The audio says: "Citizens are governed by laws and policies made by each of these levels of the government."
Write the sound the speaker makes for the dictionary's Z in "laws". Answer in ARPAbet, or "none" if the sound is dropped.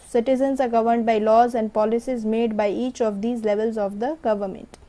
Z